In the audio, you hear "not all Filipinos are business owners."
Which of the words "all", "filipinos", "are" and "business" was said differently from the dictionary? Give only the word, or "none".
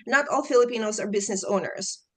none